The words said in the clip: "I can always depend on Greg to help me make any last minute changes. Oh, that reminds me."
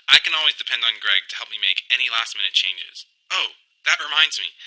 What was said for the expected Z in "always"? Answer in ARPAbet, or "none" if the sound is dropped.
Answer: Z